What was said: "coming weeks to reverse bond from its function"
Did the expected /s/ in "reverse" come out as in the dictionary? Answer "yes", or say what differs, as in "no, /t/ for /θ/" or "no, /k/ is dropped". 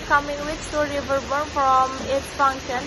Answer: no, /s/ is dropped